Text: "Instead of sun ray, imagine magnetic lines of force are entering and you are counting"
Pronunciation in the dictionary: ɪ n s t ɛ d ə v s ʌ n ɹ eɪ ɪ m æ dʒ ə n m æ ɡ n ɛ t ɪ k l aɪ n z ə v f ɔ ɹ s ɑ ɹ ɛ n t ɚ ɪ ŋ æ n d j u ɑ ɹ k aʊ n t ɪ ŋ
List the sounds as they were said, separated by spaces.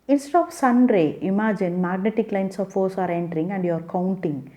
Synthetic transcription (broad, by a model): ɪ n s t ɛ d ə v s ʌ n ɹ eɪ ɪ m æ dʒ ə n m æ ɡ n ɛ t ɪ k l aɪ n s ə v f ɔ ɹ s ɑ ɹ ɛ n t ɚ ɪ ŋ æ n d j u ɑ ɹ k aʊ n t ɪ ŋ